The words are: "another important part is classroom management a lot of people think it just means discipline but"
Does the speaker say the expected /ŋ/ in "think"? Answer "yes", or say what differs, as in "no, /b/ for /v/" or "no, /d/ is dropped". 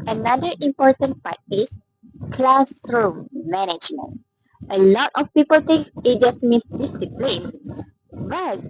no, /ŋ/ is dropped